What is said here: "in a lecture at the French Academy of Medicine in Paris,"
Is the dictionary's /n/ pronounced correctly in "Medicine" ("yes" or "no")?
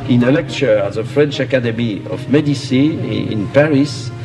no